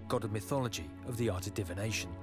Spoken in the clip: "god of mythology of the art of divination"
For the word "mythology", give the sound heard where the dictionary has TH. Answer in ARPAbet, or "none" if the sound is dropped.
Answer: TH